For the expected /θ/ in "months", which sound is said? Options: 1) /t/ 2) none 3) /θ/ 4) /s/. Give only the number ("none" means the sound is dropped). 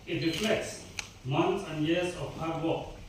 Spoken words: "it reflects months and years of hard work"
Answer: 1